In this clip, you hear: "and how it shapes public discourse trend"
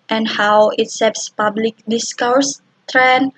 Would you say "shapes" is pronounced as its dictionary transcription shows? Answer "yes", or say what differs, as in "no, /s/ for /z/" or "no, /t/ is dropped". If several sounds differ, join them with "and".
no, /s/ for /ʃ/